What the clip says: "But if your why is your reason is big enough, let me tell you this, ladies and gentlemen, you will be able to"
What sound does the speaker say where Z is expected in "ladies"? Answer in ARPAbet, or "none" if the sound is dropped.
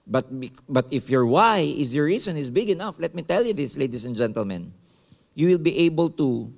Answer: S